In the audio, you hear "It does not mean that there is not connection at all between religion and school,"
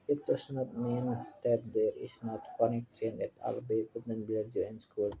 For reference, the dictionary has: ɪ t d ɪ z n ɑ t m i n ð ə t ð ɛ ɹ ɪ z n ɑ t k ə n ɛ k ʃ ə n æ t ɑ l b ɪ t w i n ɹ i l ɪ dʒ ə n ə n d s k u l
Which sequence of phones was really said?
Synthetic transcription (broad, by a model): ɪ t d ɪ s n ɑ t m i n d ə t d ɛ ɹ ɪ s n ɑ t k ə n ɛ k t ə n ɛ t ɑ l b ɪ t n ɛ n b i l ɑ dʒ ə ə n s k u l